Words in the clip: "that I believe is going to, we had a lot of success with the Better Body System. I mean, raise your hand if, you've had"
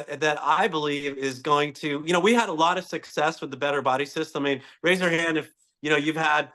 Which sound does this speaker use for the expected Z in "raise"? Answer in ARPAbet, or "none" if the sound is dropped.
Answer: Z